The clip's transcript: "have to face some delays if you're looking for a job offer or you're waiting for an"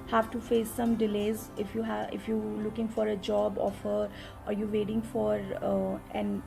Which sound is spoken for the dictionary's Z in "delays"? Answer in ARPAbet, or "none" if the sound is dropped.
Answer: Z